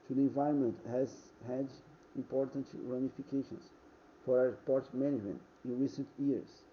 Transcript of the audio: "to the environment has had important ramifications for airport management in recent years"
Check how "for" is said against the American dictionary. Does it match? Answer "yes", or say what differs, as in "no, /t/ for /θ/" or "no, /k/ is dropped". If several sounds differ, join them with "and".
no, /w/ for /ɹ/